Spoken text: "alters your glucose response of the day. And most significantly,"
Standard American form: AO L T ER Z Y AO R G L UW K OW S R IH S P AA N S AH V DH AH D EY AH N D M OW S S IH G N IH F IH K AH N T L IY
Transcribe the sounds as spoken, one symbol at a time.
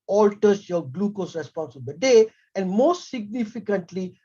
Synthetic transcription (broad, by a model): AO L T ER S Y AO G L UW K OW S R IH S P AA N S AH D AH D EY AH N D M OW S S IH G N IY F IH K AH N T L IY